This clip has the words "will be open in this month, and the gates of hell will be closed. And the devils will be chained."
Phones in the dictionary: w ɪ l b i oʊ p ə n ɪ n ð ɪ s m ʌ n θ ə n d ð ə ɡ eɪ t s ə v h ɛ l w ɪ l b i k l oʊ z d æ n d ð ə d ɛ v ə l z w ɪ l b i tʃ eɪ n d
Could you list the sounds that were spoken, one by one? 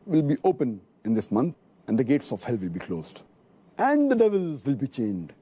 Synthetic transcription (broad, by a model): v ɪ l b i oʊ p ə n ɪ n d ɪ s m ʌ n t ə n d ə ɡ eɪ t s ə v h ɛ l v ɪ l b i k l oʊ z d æ n d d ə d ɛ v ə l z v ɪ l b i tʃ eɪ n d